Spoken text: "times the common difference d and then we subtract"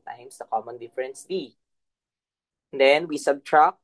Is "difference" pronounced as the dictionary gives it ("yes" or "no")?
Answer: yes